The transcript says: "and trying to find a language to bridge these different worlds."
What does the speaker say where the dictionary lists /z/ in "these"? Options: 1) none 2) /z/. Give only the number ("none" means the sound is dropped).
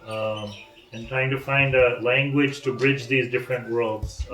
2